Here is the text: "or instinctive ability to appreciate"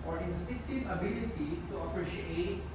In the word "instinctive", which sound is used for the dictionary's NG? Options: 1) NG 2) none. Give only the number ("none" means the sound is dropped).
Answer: 2